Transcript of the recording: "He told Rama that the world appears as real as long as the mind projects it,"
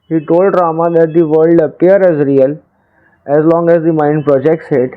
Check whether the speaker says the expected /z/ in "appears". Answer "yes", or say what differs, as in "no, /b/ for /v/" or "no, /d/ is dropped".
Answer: no, /z/ is dropped